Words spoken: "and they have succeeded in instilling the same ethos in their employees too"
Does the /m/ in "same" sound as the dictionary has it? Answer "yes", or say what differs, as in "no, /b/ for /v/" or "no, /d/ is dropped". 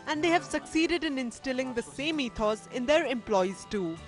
yes